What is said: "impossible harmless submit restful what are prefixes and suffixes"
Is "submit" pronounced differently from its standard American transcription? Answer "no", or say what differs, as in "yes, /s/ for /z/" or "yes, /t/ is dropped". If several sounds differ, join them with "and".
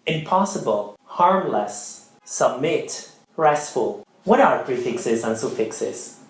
no